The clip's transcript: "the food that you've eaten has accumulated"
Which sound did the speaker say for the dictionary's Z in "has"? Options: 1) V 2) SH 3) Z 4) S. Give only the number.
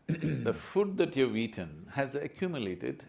3